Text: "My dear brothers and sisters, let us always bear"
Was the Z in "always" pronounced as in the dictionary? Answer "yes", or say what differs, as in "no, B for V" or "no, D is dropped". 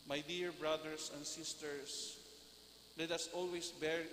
no, S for Z